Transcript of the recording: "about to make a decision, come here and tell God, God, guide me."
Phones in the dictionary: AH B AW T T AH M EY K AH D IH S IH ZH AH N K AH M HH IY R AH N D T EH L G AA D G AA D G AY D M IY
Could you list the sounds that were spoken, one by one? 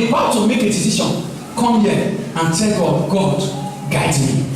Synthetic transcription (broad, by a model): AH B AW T T AH M EY K AH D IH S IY SH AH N K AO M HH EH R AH N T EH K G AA G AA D G AY D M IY